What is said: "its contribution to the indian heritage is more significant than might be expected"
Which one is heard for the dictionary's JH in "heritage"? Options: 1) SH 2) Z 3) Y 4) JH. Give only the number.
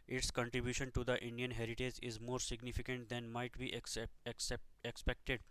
4